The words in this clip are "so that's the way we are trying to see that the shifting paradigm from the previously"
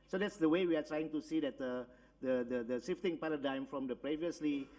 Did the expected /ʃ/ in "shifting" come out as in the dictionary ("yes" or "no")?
no